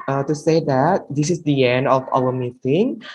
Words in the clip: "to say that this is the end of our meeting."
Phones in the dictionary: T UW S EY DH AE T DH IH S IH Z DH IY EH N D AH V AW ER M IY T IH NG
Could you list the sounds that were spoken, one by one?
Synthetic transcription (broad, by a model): T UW S EY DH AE T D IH S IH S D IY EH N D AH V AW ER M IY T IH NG